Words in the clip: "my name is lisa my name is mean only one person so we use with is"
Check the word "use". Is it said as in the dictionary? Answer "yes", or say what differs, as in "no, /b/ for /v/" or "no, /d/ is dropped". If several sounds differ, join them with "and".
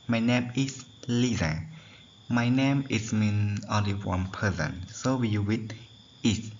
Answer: no, /s/ is dropped